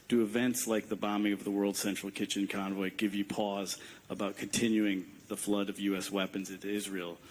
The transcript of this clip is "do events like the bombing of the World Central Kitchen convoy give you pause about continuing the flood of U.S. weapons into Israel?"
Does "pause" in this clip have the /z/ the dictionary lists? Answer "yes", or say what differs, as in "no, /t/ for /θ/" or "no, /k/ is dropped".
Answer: yes